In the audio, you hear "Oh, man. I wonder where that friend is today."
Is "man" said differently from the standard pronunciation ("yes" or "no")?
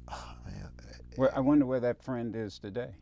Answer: yes